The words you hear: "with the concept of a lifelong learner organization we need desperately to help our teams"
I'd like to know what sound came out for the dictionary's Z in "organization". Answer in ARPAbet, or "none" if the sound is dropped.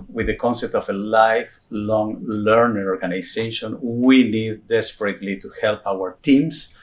S